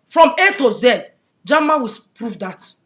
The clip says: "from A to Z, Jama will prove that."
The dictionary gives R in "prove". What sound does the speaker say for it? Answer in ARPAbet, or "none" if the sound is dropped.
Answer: R